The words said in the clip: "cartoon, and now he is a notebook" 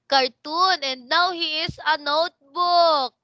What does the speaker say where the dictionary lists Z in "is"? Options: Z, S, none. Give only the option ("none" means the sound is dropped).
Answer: S